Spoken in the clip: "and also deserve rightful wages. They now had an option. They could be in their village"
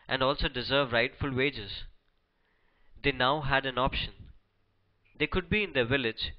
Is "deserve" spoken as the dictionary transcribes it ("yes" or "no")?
yes